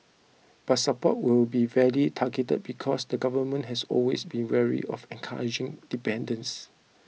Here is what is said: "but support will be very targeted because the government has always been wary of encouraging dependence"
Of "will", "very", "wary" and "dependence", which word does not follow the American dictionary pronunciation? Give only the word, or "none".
very